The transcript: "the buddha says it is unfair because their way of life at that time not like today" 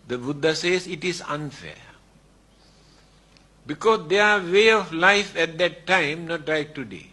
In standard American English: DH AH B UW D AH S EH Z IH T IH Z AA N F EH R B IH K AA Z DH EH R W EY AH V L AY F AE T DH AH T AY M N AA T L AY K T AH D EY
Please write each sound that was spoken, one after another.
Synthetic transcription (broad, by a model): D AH B UW D AH S EH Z IH T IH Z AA N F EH B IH K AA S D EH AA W EY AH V L AY F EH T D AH T AY M N AA T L AY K T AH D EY